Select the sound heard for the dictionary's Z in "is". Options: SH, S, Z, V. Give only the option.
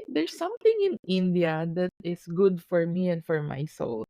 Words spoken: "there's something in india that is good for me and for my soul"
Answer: S